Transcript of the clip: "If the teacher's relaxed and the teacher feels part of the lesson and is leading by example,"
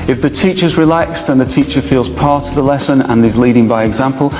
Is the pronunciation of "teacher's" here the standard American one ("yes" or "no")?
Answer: yes